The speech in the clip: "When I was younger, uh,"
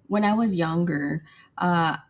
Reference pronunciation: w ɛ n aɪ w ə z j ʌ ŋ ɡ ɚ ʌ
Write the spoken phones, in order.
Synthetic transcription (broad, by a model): w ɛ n aɪ w ə z j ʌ ŋ ɡ ɚ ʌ